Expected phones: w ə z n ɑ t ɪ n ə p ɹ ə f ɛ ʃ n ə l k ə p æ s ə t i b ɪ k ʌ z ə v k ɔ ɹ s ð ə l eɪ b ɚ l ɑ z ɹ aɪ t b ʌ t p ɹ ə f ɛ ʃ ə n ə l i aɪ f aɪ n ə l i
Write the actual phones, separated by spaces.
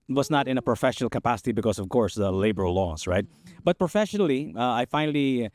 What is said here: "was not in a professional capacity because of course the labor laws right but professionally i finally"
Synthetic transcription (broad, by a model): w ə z n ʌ t ɪ n ə p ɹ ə f ɛ ʃ n l k ə p æ s ə t i b ɪ k ʌ z ə v k ɔ ɹ s ð ə l eɪ b ɚ l ɑ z ɹ aɪ t b ʌ t p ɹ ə f ɛ ʃ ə n l i aɪ f aɪ n l i